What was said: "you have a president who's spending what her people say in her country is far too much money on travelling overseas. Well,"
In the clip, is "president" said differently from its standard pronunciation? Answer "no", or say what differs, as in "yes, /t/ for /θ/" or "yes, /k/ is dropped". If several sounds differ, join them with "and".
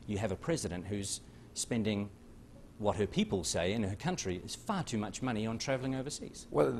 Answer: no